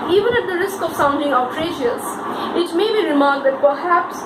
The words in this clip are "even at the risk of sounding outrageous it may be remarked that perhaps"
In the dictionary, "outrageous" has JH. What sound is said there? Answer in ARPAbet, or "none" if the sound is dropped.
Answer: SH